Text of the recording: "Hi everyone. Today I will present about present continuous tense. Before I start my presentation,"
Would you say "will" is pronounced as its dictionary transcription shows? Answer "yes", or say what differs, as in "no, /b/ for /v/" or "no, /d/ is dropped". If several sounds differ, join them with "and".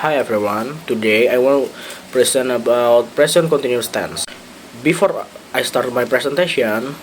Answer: no, /n/ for /l/